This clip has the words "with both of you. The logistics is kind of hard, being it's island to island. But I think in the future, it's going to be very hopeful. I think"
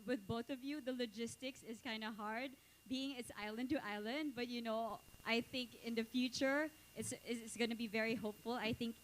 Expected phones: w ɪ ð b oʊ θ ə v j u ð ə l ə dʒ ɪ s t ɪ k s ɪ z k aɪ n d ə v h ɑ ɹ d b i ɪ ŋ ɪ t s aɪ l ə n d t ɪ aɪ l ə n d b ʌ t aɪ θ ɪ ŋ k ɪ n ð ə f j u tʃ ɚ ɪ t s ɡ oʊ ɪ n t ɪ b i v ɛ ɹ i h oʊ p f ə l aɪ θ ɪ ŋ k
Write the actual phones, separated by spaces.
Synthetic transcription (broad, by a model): w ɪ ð b oʊ θ ə v j u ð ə l ə dʒ ɪ s t ɪ k s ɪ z k aɪ n d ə h ɑ ɹ d b i ɪ ŋ ɪ t s aɪ l ə n d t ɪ aɪ l ə n d b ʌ t aɪ θ ɪ ŋ k ɪ n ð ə f j u tʃ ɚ ɪ t s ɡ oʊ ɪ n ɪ b i v ɛ ɹ i h oʊ p f ə l aɪ θ ɪ ŋ k